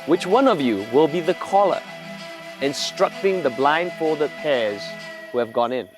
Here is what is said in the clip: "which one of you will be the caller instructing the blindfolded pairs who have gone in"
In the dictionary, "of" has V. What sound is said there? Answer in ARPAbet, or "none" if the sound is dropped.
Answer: V